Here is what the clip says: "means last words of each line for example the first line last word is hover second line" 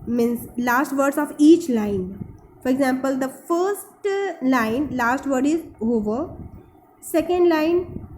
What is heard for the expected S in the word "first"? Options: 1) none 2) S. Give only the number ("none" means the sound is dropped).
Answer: 2